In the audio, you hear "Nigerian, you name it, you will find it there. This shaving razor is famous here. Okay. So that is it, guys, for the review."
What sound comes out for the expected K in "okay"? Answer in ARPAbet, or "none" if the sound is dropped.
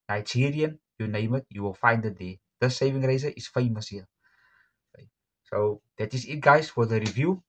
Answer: none